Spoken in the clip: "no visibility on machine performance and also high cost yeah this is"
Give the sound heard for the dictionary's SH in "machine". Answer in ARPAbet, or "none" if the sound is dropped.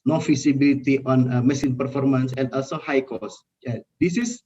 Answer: S